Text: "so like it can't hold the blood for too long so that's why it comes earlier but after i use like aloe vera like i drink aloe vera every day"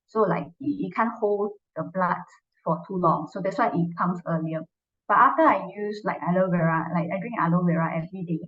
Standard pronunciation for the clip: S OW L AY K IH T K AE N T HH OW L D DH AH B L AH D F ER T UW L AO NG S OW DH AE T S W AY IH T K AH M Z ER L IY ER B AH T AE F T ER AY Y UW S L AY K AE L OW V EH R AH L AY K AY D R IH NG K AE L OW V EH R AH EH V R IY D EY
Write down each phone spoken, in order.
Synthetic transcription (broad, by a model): S OW L AY K IH T K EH N HH OW L D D AH B L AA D F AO T UW L AO NG S OW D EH T S W AY IH T K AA M S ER L IY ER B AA T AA F T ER AY Y UW S L AY K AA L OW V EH R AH L AY K AY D R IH NG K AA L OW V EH R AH EH V R IY D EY